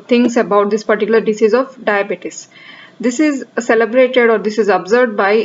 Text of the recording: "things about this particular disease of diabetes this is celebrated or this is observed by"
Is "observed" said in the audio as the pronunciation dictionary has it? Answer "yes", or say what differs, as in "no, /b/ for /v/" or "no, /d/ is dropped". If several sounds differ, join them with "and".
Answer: no, /v/ is dropped